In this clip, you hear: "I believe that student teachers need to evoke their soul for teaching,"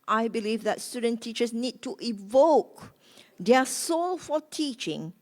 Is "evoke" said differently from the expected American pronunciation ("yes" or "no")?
no